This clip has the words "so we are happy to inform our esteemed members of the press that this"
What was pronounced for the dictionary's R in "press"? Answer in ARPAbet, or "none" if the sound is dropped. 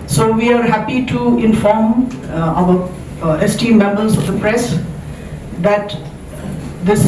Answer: R